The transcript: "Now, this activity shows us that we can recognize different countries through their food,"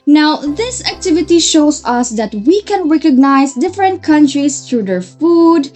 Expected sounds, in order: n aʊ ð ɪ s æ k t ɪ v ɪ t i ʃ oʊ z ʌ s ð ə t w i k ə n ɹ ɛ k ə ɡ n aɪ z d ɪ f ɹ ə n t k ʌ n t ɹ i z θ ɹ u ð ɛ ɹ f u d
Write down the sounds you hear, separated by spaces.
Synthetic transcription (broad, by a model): n aʊ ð ɪ s æ k t ɪ v ɪ t i ʃ oʊ s ʌ s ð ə t w i k ə n ɹ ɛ k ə ɡ n aɪ s d ɪ f ɹ ə n t k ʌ n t ɹ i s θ ɹ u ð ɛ ɹ f u d